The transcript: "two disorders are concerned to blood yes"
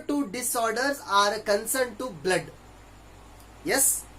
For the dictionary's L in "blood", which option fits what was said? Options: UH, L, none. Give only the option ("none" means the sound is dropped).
L